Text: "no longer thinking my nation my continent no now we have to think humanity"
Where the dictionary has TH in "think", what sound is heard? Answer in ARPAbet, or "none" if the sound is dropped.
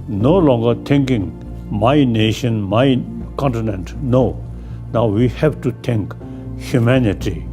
T